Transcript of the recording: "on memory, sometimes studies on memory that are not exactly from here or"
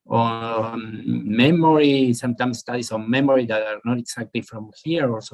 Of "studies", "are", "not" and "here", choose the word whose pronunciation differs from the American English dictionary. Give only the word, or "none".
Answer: studies